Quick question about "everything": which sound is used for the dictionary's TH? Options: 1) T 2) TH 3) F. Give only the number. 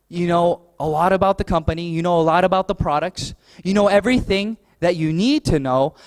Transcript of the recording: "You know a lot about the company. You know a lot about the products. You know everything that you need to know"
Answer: 2